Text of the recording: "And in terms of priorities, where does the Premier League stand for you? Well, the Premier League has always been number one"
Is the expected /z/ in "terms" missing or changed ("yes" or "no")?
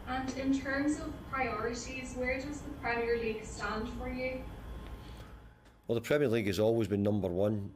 no